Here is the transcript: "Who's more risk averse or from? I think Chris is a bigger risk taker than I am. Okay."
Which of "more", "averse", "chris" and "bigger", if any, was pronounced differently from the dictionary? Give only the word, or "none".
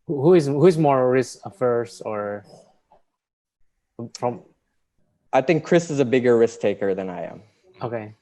averse